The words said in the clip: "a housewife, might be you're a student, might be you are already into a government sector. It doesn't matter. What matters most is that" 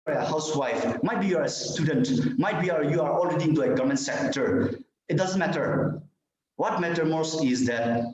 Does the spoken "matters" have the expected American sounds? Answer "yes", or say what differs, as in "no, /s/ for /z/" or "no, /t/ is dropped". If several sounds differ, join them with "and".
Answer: no, /z/ is dropped